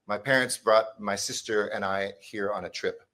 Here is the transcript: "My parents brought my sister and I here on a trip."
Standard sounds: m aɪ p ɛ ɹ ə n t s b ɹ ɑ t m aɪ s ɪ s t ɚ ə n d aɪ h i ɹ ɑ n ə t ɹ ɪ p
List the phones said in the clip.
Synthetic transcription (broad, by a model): m aɪ p ɛ ɹ ə n t s b ɹ ɑ t m aɪ s ɪ s t ɚ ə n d aɪ h i ɹ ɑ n ə t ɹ ɪ p